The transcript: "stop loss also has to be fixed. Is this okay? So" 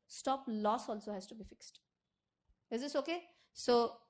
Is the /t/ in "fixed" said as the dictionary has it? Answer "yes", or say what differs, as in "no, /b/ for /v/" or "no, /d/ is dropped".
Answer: yes